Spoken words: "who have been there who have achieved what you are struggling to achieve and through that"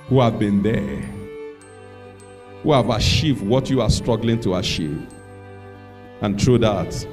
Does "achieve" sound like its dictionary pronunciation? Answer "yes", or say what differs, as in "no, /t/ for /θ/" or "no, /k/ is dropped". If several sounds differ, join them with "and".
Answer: no, /ʃ/ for /tʃ/